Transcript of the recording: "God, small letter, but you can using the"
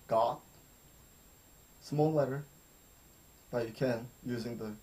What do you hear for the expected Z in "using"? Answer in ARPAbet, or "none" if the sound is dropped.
Z